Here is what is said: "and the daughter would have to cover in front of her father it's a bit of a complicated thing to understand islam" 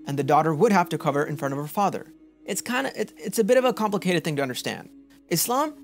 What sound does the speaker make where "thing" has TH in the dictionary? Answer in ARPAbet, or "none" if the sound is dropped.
TH